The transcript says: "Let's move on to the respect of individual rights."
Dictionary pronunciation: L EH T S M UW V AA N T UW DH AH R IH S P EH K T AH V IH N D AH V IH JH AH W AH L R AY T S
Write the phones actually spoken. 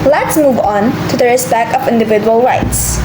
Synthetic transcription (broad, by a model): L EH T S M UW V AA N T UW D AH R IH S B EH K AH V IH N D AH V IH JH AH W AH L R AY T S